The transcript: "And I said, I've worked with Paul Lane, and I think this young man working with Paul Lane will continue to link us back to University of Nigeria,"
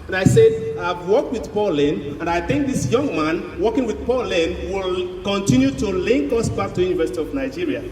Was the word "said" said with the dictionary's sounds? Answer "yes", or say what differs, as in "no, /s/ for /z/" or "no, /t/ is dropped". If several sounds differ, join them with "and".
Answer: yes